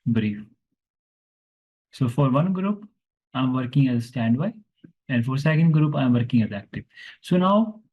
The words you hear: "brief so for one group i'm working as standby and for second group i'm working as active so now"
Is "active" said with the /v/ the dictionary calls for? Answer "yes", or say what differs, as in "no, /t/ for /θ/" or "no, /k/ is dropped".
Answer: no, /p/ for /v/